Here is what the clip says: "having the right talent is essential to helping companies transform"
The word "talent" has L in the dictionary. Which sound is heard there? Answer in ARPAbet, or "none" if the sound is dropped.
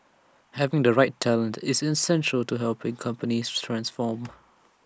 L